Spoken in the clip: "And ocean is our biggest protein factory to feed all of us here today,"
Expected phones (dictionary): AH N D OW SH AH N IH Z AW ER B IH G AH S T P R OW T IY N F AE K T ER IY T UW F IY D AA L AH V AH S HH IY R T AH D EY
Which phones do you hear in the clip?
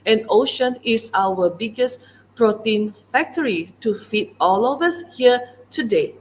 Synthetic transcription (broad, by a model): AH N OW SH AH N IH S AW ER B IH G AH S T P R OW T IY N F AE K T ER IY T UW F IY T AA L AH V AH S HH IY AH T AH D EY